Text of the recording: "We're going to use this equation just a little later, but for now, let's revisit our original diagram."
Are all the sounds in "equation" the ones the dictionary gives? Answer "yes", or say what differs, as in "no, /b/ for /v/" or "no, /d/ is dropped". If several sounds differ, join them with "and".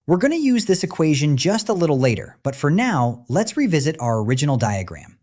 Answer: yes